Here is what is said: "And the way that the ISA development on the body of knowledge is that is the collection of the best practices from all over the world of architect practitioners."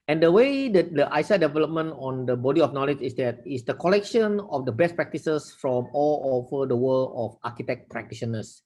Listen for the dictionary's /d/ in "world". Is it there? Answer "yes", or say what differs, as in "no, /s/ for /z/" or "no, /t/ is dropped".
no, /d/ is dropped